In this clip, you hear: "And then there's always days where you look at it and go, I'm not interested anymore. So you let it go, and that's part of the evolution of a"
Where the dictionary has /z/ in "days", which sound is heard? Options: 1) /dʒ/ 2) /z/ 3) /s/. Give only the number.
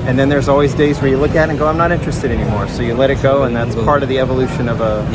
2